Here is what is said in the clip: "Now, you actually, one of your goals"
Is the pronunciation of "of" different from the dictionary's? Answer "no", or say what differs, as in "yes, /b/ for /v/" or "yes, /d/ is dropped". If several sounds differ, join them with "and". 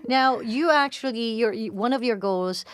no